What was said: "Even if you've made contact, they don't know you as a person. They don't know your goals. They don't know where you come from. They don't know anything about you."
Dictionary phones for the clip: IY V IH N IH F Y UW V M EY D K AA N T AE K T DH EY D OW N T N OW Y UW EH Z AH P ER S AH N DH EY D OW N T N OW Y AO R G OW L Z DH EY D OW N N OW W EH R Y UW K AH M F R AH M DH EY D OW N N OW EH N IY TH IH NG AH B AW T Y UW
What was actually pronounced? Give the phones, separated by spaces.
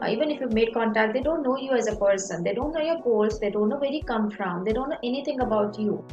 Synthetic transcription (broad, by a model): IY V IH N IH F Y UW V M EY D K AA N T AE K T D EY D OW N T N OW Y UW EH Z AH P ER S AH N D EY D OW N T N OW Y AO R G OW L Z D EY D OW N N OW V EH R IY K AH M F R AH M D EY D OW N N OW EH N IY T IH NG AH B AW T Y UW